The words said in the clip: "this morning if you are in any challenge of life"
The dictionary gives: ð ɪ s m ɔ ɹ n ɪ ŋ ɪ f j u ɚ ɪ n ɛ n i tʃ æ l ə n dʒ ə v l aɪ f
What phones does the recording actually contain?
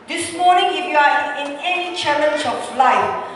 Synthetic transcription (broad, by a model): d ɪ s m ɔ n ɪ ŋ ɪ f j u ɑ ɪ n ɛ n i tʃ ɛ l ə n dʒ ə f l aɪ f